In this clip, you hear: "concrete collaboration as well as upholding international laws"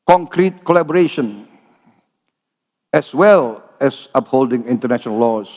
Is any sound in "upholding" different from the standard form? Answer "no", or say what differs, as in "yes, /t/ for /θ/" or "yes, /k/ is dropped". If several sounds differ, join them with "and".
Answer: no